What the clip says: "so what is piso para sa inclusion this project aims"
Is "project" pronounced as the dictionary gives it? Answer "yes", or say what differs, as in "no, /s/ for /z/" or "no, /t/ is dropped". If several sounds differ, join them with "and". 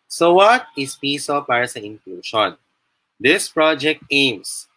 yes